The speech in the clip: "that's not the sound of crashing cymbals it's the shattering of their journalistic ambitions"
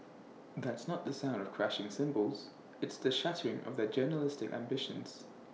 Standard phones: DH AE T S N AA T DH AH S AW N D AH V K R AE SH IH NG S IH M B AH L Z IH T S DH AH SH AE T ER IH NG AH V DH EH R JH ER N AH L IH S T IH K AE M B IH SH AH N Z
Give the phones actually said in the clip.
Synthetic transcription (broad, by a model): DH AE T S N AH T DH AH S AW N D AH V K R AE SH IH NG S IH M B AH L Z IH T S DH AH SH AE T ER IH NG AH V DH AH R JH ER N AH L IH S T IH K AE M B IH SH AH N Z